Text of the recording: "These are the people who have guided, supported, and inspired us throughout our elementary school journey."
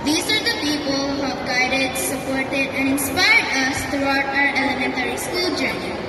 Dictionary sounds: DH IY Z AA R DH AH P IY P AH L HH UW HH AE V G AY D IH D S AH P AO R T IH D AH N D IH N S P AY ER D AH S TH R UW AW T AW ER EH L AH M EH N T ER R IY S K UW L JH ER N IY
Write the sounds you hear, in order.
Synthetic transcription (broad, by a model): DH IY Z AA R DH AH P IY P AH L HH UW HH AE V G AY D IH D S AH P AO R T IH D AH N D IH N S P AY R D AH S T R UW AW T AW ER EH L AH M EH N T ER R IY S K UW L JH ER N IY